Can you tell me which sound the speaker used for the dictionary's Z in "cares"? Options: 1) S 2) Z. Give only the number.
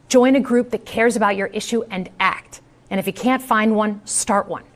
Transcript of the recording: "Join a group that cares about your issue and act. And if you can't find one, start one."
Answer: 2